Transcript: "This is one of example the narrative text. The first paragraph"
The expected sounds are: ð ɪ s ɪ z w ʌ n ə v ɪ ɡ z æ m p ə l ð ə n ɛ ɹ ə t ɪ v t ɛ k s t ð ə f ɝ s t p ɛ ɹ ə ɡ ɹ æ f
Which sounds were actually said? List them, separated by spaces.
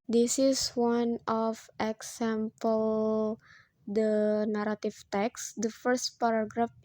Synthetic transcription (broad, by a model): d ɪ s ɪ s w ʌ n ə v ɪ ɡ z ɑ m p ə l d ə n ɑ ɹ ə t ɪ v t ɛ k s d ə f ɝ s t p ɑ ɹ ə ɡ ɹ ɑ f